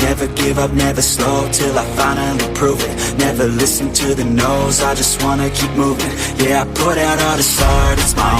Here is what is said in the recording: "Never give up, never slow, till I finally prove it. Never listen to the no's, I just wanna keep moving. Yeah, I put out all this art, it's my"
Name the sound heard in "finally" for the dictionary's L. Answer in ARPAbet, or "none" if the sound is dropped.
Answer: none